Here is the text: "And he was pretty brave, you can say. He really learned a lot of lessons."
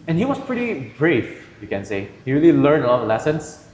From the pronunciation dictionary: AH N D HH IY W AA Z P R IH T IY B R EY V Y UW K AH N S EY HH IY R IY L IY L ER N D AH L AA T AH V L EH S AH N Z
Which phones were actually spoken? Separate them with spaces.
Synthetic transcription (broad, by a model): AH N HH IY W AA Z P R IH T IY B R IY F Y UW K AH N S EY HH IY R IY L IY L ER N D AH L AA T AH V L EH S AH N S